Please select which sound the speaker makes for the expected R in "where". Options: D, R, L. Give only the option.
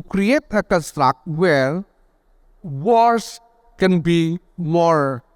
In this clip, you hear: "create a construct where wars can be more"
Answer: L